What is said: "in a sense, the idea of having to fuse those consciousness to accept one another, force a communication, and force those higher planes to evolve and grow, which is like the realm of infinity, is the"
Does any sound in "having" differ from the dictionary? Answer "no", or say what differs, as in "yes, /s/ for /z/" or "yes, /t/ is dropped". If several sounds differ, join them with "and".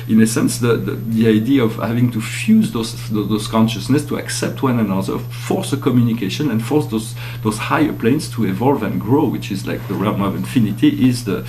no